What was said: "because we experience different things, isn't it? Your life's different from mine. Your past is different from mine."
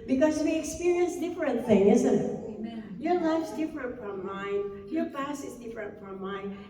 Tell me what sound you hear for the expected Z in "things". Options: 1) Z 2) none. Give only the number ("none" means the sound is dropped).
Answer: 2